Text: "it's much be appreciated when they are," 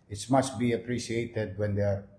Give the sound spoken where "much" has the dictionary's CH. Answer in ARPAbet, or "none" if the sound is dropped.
S